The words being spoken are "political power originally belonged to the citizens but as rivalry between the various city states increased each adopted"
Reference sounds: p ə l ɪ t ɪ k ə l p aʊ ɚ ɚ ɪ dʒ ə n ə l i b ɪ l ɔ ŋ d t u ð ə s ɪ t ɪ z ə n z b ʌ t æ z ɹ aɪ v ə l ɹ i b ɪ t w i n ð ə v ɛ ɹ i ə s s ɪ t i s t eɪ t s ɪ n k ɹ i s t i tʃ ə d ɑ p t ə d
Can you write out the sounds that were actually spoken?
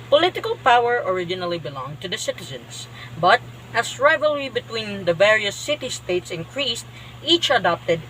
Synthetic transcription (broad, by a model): p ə l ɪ t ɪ k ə l p aʊ ɚ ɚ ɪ dʒ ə n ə l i b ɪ l ɔ ŋ t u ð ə s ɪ t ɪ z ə n s b ʌ t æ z ɹ aɪ v ə l ɹ i b ɪ t w i n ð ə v ɛ ɹ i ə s s ɪ t i s t eɪ t s ɪ n k ɹ i s t i tʃ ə d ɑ p t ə d